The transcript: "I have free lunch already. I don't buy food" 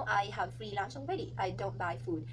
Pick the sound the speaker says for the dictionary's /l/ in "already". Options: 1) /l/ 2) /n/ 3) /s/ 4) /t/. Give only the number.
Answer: 2